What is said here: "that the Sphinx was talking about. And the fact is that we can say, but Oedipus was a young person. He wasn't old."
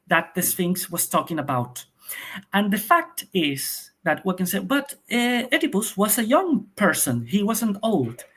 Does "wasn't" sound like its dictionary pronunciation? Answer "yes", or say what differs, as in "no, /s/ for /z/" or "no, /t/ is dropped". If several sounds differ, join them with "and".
yes